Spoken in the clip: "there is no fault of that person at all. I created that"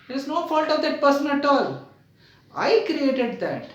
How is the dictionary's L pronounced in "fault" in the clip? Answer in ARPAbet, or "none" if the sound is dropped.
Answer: L